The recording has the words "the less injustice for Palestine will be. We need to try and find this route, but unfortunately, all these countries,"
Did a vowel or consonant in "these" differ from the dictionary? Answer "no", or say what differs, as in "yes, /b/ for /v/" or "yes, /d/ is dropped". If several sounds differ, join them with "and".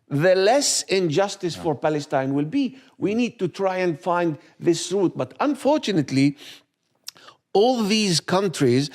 no